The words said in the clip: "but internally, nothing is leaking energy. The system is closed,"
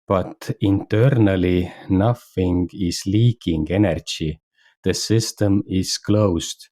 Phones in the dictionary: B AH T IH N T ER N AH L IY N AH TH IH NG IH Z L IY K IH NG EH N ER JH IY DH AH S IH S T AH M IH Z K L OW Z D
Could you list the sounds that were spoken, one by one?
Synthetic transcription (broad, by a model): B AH T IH N T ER N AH L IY N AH F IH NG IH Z L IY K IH NG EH N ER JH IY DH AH S IH S T AH M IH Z K L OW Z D